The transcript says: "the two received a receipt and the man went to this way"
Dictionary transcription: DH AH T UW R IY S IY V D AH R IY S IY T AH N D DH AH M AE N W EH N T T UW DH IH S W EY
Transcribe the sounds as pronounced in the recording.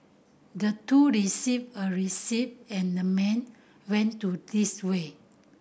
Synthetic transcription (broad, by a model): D AH T UW R IY S IY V AH R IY S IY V AH N D AH M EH N W EH N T T UW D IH S W EY